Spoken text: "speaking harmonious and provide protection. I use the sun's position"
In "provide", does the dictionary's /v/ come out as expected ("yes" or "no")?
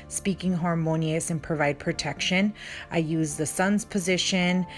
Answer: yes